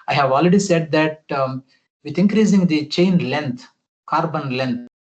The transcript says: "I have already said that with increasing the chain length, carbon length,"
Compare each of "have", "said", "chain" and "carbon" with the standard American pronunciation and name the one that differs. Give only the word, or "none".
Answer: none